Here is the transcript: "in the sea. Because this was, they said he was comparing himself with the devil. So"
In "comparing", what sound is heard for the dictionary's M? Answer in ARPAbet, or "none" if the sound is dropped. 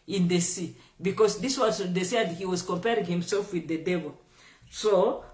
M